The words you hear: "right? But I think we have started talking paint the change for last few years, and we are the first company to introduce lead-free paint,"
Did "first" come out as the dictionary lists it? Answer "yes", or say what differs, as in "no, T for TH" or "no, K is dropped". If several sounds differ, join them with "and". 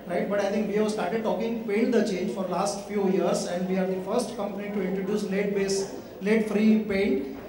yes